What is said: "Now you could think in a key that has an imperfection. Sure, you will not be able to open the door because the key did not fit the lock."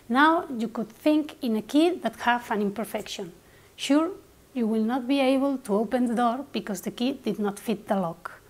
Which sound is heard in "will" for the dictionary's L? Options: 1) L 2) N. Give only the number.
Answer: 1